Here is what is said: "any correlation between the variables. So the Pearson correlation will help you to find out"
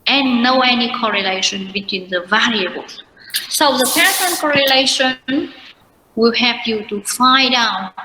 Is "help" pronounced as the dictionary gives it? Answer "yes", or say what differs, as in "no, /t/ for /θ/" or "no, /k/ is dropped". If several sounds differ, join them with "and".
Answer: no, /l/ is dropped